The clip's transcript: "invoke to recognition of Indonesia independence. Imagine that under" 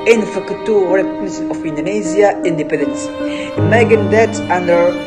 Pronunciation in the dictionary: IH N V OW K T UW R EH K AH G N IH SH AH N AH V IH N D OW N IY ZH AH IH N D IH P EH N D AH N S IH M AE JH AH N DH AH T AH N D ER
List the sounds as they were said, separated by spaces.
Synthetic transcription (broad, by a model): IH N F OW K T UW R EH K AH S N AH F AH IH N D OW N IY Z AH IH N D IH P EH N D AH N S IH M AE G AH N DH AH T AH N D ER